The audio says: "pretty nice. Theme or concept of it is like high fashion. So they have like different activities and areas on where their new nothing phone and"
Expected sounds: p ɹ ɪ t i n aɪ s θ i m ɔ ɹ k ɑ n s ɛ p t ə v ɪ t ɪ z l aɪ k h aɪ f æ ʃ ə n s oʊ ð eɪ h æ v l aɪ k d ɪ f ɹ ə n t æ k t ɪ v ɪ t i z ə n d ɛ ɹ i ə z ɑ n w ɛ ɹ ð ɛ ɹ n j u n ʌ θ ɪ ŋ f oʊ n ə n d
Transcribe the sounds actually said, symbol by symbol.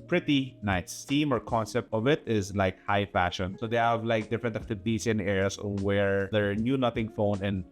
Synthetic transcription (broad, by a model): p ɹ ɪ t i n aɪ s t i m ɔ ɹ k ɑ n s ɛ p t ə v ɪ t ɪ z l aɪ k h aɪ f æ ʃ ə n s oʊ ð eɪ h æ v l aɪ k d ɪ f ɹ ə n t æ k t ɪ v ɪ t i s ə n d ɛ ɹ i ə s ɑ n w ɛ ɹ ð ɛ ɹ n j u n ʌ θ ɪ ŋ f oʊ n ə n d